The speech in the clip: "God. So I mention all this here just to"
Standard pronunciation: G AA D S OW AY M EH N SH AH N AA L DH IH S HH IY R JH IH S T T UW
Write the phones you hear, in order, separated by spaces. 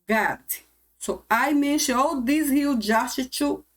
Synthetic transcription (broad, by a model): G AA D S OW AY M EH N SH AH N AA L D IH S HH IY L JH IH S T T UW